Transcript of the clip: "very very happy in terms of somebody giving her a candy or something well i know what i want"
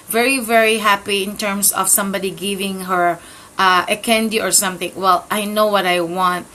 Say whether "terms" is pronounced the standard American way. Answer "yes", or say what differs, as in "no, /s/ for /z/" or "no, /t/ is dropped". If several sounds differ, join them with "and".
no, /s/ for /z/